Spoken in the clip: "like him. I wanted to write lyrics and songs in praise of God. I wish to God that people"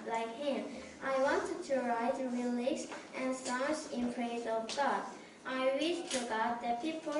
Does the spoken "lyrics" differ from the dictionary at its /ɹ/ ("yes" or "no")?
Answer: yes